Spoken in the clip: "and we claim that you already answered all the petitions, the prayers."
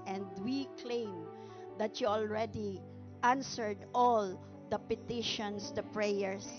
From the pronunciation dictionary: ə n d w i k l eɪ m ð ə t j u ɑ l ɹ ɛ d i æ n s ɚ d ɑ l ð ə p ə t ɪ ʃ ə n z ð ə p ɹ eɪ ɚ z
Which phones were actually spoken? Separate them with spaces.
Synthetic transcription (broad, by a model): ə n d w i k l eɪ m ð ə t j u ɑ l ɹ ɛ d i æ n s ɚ d ɑ l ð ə p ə t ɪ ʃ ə n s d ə p ɹ eɪ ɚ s